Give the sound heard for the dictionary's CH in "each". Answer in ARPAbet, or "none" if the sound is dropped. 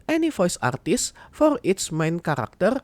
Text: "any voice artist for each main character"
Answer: S